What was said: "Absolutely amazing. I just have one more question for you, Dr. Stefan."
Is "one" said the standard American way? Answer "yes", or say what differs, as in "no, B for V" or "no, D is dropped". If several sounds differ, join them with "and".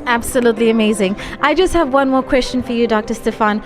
yes